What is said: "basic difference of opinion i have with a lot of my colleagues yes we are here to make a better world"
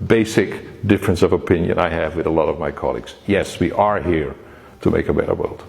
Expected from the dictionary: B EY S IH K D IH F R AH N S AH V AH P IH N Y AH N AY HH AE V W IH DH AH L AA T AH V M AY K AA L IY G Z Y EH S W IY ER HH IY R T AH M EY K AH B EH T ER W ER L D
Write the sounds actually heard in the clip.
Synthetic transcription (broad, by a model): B EY S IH K D IH F R AH N S AH V AH P IH N Y AH N AY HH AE V W IH DH AH L AA T AH V M AY K AA L IY G Z Y EH S W IY ER HH IY R T AH M EY K AH B EH T ER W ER L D